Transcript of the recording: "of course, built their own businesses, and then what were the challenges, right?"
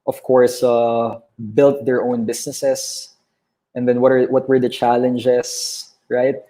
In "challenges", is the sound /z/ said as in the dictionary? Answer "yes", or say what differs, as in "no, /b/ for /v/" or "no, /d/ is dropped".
no, /s/ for /z/